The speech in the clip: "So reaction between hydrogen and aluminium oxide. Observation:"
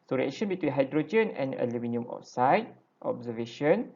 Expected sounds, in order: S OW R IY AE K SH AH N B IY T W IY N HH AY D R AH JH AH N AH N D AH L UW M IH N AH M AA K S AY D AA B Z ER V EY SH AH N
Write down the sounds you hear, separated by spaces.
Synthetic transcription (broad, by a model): S OW R IY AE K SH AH N B IY T W IY N HH AY D R AH JH AH N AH N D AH L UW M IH N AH M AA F S AY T AA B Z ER V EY SH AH N